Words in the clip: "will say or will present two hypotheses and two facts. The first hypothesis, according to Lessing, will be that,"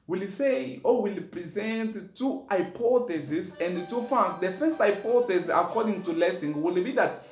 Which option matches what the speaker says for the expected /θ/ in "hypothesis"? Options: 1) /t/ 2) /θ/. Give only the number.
1